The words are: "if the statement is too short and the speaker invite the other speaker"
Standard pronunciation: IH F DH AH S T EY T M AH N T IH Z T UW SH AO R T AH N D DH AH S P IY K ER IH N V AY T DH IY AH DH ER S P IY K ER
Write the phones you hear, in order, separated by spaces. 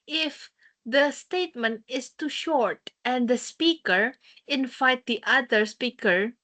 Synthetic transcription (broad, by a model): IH F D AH S T EY T M AH N T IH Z T UW SH AO R T AH N D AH S P IY K ER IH N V AY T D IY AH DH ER S P IY K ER